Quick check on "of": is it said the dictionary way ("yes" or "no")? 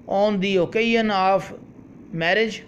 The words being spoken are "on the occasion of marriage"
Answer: no